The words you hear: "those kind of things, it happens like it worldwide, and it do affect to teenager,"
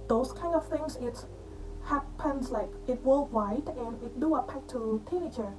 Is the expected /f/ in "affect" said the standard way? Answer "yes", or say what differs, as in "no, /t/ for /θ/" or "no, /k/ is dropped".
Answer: no, /p/ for /f/